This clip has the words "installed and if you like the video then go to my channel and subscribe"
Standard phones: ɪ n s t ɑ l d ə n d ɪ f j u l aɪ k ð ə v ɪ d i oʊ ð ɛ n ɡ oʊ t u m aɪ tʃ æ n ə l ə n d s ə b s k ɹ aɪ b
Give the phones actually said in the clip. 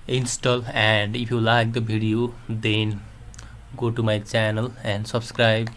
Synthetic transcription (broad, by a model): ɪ n s t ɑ l ə n d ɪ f j u l aɪ k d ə b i d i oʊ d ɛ n ɡ oʊ t u m aɪ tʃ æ n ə l ə n d s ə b s k ɹ aɪ b